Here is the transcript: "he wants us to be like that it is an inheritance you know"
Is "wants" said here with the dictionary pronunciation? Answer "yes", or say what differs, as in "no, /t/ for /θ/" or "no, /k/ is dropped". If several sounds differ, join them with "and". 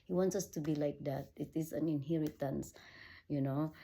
yes